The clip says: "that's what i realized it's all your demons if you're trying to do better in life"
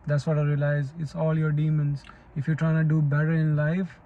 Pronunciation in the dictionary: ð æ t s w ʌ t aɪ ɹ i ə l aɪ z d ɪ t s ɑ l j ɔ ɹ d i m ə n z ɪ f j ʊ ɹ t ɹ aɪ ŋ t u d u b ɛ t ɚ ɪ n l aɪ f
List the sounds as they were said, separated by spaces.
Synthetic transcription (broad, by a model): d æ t s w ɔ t aɪ ɹ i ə l aɪ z ɪ t s ɑ l j ɔ ɹ d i m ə n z ɪ f j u t ɹ aɪ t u d u b ɛ t ɚ ɪ n l aɪ f